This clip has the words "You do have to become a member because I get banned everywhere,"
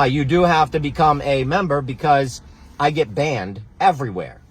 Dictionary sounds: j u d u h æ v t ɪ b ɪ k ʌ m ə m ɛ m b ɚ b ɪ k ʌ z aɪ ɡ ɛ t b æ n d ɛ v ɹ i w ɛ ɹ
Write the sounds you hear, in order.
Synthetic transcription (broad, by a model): j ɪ d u h æ f t ɪ b ɪ k ʌ m ə m ɛ m b ɚ b ɪ k ʌ z aɪ ɡ ɛ t b æ n d ɛ v ɹ i w ɛ ɹ